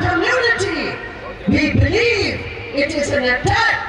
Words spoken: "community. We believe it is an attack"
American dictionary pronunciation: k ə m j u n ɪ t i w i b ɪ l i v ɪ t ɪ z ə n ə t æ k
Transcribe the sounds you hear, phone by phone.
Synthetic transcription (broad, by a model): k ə m j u n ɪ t i w i b ɪ l i v ɪ t ɪ z ə n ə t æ